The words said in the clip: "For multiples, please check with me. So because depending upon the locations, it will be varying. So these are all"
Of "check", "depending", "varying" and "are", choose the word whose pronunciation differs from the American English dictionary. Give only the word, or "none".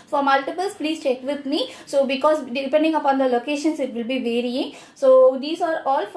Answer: none